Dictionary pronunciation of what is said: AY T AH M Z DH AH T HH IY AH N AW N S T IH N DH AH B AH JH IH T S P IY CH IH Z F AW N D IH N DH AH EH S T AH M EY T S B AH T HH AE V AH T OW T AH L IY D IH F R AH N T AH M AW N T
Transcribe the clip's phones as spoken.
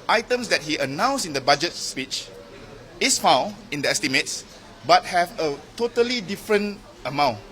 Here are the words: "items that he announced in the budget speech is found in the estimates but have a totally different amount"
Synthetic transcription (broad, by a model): AY T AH M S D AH T HH IY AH N AW N S IH N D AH B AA JH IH T S P IY CH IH S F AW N IH N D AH EH S T AH M EY T S B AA T HH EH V AH T OW T AH L IY D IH F R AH N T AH M AW N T